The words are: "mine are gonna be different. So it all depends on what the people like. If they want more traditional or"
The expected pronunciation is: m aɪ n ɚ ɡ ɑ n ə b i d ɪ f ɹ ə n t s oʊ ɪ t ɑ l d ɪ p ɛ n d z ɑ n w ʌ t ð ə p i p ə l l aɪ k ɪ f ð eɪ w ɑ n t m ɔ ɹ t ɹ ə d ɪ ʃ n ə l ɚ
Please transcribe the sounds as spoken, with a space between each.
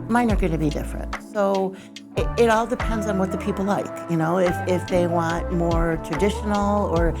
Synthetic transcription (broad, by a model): m aɪ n ɚ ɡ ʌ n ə b i d ɪ f ɹ ə n t s oʊ ɪ t ɑ l d ɪ p ɛ n d z n w ʌ t ð ə p i p l l aɪ k ɪ f ð eɪ w ɑ n t m ɔ ɹ t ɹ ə d ɪ ʃ n l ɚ